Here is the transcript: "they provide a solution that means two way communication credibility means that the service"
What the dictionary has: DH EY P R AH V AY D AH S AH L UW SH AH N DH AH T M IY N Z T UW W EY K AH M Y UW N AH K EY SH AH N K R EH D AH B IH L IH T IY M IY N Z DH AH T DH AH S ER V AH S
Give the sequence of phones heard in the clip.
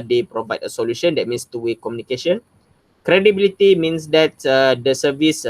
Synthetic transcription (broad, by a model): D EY P R AH V AY D AH S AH L UW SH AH N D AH T M IY N S T UW W EY K AH M Y UW N AH K EY SH AH N K R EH D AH B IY L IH T IY M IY N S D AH T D AH S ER V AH S